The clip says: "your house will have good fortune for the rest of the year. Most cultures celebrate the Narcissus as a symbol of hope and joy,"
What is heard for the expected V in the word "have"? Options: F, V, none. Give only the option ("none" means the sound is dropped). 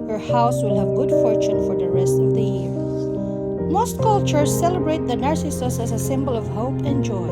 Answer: V